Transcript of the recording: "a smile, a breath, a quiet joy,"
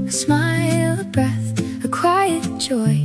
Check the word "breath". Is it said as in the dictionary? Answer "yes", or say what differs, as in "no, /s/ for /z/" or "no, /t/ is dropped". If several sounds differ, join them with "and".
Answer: yes